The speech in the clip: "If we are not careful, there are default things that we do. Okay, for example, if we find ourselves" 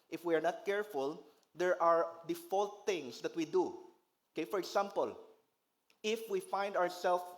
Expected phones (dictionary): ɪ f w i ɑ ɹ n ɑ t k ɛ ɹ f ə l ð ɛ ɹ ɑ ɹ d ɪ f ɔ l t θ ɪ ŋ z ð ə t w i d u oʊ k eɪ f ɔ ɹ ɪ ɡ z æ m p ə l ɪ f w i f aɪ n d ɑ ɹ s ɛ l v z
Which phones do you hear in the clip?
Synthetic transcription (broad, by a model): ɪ f w i ɑ ɹ n ɑ t k ɛ ɹ f ə l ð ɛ ɹ ɑ ɹ d ɪ f ɔ l t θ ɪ ŋ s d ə t w i d u oʊ k eɪ f ɔ ɹ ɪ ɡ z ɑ m p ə l ɪ f w i f aɪ n d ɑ ɹ s ɛ l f